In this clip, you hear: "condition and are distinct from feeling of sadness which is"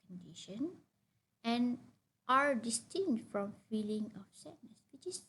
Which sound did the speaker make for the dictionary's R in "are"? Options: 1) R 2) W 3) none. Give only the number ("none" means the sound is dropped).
1